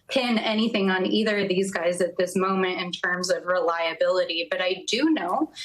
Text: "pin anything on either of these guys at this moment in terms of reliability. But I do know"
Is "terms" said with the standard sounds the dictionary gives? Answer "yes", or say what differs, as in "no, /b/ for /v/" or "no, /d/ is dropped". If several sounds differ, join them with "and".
yes